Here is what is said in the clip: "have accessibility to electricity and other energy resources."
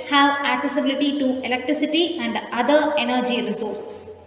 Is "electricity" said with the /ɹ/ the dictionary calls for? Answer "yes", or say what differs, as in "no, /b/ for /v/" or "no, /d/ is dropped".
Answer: yes